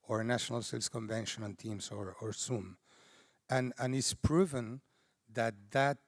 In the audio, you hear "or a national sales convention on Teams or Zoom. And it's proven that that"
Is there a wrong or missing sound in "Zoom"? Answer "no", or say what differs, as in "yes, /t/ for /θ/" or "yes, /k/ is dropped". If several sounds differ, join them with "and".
yes, /s/ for /z/